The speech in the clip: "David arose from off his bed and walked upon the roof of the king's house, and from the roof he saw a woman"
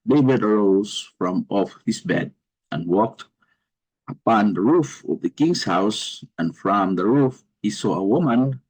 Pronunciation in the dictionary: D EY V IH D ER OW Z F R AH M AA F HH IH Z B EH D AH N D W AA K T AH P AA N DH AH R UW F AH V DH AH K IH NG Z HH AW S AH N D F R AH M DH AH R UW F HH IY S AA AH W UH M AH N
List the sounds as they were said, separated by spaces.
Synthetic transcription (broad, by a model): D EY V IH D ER OW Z F R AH M AA F HH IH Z B EH D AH N W AA K T AH P AA N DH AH R UW F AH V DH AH K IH NG S HH AW S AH N F R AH M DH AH R UW F HH IY S AA AH W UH M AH N